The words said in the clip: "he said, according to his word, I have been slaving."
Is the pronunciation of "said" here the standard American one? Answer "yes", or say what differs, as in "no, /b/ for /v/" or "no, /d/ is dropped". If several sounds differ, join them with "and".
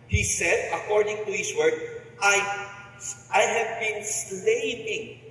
yes